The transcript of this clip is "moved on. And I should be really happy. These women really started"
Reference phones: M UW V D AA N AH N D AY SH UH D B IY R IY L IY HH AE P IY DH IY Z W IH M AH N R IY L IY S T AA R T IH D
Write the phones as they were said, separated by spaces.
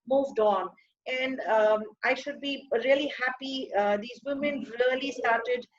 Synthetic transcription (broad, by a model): M UW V D AA N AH N D AY SH UH D B IY R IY L IY HH AE P IY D IY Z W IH M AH N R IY L IY S T AA R T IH D